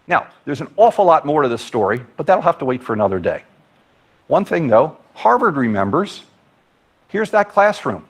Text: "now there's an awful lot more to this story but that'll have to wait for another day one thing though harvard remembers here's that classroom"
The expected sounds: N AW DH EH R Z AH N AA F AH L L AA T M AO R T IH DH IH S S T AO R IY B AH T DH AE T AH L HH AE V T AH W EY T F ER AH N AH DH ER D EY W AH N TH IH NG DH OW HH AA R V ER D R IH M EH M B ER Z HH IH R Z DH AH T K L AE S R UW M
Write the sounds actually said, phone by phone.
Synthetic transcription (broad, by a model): N AW DH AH R Z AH N AA F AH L L AA T M AO R T IH DH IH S S T AO R IY B AH T DH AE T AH L HH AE F T AH W EY T F ER AH N AH DH ER D EY W AH N TH IH NG DH OW HH AA R V ER D R IH M EH M B ER Z HH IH R Z DH AH T K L AE S R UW M